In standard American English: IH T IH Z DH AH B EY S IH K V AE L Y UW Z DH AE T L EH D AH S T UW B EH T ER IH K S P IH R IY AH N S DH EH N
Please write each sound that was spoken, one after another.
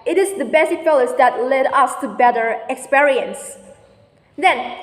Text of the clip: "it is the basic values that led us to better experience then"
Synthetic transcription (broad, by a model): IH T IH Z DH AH B EY S IH K F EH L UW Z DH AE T L EH D AH S T UW B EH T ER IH K S P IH R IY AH N S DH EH N